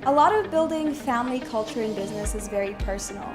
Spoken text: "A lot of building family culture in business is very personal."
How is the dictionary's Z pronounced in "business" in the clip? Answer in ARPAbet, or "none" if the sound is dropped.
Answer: Z